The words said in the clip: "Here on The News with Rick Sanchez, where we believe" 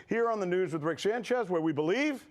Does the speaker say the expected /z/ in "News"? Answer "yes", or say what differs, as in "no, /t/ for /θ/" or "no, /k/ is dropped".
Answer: yes